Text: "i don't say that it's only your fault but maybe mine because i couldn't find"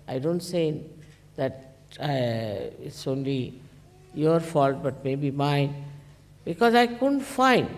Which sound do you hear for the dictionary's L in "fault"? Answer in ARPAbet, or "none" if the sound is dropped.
L